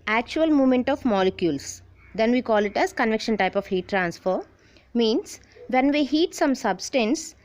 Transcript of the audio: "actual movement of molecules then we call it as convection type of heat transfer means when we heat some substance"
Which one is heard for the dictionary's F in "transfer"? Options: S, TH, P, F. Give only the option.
F